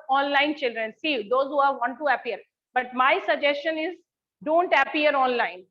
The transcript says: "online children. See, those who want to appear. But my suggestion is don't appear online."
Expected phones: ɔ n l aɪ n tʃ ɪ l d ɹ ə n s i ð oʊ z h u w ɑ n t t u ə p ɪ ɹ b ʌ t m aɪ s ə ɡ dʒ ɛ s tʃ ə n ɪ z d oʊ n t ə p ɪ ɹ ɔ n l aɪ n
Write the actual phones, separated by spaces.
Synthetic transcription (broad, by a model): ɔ n l aɪ n tʃ ɪ l d ɹ ə n s i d oʊ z h u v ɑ n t t u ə p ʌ ɹ b ʌ t m aɪ s ə ɡ dʒ ɛ s tʃ ə n ɪ z d oʊ n t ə p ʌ ɹ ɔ n l aɪ n